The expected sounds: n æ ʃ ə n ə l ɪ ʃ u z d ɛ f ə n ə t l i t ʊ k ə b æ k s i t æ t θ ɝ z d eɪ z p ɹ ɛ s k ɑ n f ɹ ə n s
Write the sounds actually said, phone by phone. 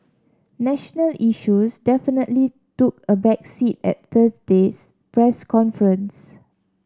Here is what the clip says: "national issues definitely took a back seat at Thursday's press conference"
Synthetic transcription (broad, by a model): n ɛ ʃ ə n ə l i ʃ u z d ɛ f ə n ə t l i t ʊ k ə b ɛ k s i t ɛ t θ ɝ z d eɪ s p ɹ ɛ s k ɑ n f ɹ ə n s